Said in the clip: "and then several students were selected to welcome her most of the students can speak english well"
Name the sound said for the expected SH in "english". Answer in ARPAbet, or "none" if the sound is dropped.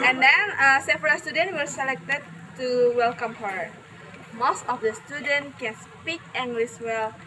S